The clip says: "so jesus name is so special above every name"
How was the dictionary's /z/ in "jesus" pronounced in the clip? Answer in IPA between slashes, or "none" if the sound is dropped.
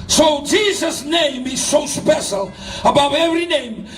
/z/